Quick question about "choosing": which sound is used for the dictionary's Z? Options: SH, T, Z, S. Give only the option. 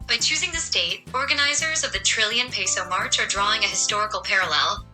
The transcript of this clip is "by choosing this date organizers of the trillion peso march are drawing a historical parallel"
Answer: Z